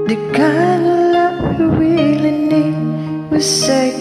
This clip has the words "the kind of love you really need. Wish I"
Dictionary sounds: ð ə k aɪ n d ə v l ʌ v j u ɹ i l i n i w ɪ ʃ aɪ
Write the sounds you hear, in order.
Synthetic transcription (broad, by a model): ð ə k aɪ n d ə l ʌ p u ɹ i l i n i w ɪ s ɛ